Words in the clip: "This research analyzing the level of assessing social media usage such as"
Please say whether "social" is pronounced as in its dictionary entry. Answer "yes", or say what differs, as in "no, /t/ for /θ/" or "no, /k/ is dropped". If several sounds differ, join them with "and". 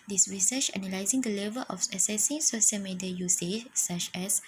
no, /s/ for /ʃ/